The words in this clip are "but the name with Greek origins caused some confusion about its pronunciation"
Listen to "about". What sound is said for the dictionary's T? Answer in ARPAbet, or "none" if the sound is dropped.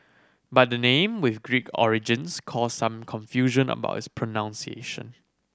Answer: none